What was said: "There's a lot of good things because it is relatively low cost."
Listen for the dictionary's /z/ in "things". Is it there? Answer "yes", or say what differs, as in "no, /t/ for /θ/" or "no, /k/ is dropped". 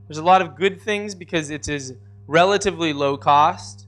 yes